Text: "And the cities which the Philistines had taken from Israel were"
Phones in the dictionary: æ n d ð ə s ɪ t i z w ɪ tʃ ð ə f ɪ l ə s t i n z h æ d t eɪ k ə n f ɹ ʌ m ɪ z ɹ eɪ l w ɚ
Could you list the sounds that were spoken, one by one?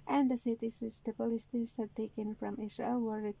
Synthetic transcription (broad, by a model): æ n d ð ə s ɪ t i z w ɪ tʃ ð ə p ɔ l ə s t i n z h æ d t eɪ k ə n f ɹ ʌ m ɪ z ɹ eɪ l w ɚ